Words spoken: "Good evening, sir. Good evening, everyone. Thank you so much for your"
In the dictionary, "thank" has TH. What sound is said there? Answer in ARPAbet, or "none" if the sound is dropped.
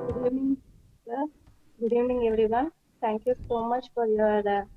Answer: T